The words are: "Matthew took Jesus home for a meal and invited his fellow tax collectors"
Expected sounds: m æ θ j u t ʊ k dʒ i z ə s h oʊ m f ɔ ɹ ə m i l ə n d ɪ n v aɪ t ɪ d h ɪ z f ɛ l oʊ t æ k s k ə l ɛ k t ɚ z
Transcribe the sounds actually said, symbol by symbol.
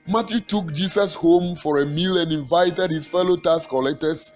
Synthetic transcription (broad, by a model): m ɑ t j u t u k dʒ i s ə s h oʊ m f ɔ ɹ ə m i l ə n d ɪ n v aɪ t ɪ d h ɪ s f ɛ l oʊ t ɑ s k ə l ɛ k t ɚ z